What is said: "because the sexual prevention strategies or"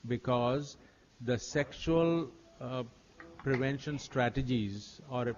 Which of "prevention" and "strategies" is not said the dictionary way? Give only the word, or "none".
none